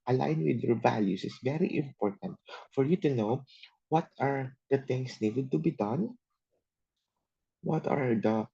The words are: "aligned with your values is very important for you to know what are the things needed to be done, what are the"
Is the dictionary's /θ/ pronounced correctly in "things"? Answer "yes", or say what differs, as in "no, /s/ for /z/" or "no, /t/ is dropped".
no, /t/ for /θ/